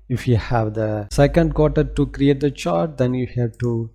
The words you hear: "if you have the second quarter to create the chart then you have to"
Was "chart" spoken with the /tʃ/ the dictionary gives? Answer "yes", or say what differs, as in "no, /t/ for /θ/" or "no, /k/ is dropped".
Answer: yes